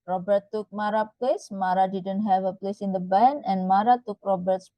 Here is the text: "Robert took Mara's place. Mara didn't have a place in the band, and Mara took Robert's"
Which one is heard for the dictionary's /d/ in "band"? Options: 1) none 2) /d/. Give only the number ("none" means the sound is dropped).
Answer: 1